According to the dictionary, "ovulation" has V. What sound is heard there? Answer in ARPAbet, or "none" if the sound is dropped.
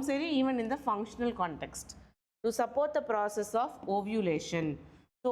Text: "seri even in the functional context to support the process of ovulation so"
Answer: V